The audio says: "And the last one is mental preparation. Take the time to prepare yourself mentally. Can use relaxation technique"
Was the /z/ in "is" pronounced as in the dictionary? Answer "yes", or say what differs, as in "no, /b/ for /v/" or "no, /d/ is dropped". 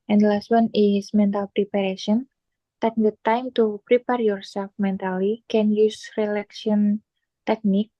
no, /s/ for /z/